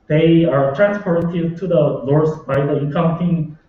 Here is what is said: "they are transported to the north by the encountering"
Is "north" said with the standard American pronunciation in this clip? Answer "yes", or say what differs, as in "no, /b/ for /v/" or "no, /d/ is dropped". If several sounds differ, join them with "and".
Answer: no, /l/ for /n/ and /s/ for /θ/